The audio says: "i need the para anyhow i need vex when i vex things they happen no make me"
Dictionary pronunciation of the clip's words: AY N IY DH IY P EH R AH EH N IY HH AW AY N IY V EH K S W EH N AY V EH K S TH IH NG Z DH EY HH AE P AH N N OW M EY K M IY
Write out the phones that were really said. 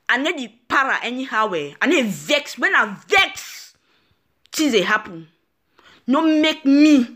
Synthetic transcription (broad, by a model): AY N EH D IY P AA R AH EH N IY HH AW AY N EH V EH K S W EH N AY V EH K S T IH Z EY HH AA P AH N N OW M EY K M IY